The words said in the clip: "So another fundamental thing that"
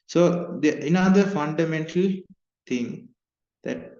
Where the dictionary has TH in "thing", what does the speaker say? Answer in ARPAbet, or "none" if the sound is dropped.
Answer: T